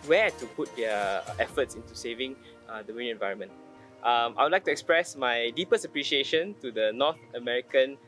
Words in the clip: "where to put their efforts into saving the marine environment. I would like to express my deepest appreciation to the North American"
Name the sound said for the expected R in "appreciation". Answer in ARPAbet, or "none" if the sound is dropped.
R